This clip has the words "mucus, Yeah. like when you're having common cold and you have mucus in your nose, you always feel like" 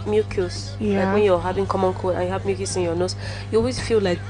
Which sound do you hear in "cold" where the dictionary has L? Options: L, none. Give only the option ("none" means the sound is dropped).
none